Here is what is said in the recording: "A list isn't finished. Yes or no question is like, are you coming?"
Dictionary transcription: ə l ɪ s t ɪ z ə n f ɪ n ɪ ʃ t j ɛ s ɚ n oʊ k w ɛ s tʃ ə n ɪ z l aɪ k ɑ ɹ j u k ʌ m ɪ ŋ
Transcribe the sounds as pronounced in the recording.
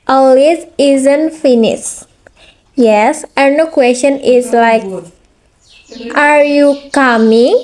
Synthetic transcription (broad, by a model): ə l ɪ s ɪ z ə n f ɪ n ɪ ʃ j ɛ s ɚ n oʊ k w ɛ s tʃ ə n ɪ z l aɪ k ɑ ɹ j u k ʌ m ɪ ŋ